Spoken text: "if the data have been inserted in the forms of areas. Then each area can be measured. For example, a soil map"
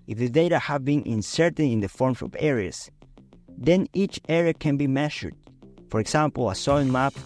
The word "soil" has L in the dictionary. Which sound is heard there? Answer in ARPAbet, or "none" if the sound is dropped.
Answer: N